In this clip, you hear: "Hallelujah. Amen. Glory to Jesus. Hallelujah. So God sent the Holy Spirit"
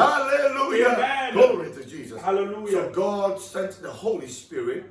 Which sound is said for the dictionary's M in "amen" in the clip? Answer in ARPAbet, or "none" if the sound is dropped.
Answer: none